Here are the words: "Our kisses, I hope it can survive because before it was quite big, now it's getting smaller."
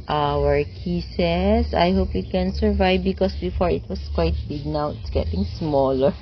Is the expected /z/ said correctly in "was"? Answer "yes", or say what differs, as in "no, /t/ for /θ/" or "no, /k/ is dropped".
no, /s/ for /z/